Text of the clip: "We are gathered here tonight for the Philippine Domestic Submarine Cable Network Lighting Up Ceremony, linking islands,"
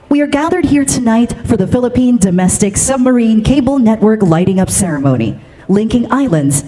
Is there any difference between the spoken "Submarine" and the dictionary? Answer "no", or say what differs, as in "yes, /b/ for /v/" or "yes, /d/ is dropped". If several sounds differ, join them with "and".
no